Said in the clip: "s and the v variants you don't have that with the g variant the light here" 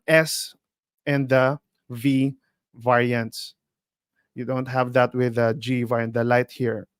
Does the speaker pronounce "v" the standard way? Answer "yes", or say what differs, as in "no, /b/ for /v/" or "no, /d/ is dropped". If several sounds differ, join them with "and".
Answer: yes